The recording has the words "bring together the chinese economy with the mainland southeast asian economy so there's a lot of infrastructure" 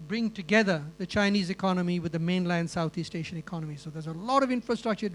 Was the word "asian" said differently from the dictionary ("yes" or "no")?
yes